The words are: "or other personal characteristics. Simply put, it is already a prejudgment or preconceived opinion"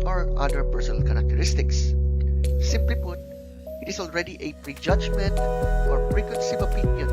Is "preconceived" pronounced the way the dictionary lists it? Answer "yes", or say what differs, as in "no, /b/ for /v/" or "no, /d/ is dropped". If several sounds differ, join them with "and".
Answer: no, /d/ is dropped